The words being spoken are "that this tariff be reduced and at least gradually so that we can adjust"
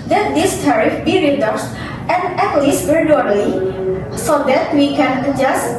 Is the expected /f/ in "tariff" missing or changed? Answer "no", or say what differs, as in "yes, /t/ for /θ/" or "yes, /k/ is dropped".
no